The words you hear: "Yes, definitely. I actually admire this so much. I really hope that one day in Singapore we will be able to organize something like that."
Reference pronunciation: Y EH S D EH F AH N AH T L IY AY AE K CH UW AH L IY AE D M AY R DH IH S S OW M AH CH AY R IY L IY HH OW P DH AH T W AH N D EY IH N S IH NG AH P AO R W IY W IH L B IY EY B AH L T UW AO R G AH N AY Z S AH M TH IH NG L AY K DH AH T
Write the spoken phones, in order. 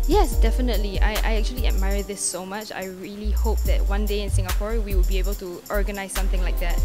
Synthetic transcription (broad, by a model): Y EH S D EH F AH N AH T L IY AY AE K CH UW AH L IY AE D M AY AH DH IH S S OW M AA CH AY R IY L IY HH OW P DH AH T W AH N D EY IH N S IH NG AH P AO R W IY W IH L B IY EY B AH L T UW AO R G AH N AY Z S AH M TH IH NG L AY K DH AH T